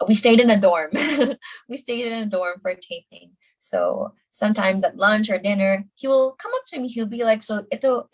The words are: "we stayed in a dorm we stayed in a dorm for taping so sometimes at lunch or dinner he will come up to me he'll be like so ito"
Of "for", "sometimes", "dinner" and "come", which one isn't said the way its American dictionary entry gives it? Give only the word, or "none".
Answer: none